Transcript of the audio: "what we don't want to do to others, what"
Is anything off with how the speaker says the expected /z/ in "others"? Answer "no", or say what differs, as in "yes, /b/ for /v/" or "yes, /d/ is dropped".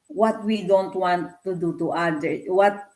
yes, /z/ is dropped